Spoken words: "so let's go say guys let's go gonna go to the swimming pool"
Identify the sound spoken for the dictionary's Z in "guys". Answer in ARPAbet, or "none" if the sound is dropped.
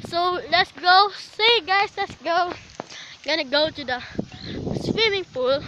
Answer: S